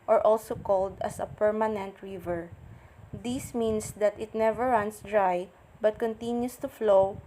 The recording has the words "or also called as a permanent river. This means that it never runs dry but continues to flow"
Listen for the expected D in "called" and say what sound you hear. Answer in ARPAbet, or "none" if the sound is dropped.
D